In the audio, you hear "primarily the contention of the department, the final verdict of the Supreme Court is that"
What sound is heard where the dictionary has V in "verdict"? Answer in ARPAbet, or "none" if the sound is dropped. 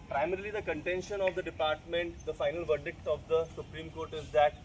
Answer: V